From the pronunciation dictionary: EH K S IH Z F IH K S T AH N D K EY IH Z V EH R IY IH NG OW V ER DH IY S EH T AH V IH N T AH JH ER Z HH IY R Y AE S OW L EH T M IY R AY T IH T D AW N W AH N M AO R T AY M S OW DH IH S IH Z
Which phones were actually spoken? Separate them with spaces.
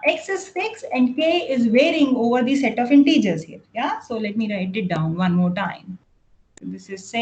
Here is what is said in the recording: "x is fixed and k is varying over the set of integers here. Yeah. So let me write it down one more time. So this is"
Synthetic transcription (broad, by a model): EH K S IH S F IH K S AH N D K EY IH Z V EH R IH NG OW V ER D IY S EH T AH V IH N T AH JH ER Z HH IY R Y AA S OW L EH T M IY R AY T IH T D AW N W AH N M AO R T AY M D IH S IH S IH